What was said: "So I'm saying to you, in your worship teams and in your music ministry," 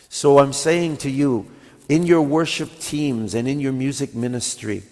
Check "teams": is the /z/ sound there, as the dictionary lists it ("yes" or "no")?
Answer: yes